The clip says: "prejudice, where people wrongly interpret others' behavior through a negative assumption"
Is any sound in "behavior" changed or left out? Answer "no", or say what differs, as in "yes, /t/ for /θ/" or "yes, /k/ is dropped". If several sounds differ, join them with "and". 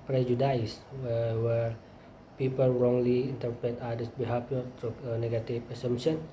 yes, /f/ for /v/